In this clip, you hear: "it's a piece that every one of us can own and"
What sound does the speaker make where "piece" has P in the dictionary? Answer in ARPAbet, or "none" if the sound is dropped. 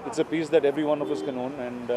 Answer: P